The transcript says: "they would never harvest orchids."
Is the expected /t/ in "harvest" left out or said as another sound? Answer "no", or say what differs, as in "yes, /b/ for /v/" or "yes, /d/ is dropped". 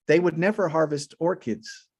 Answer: no